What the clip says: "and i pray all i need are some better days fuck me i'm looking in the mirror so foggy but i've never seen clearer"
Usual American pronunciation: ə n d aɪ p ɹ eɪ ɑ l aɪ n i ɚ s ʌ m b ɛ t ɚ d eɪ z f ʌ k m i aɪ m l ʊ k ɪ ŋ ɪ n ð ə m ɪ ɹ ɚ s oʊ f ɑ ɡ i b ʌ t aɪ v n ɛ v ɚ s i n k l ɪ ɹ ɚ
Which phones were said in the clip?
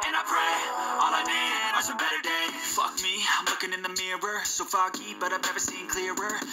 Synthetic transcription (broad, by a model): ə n aɪ p ɹ eɪ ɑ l aɪ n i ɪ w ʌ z b ɛ t ɚ d eɪ f ʌ k m i aɪ m l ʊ k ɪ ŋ ɪ n ð ə m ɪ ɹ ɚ s oʊ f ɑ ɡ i b ʌ t aɪ v n ɛ v ɚ s i n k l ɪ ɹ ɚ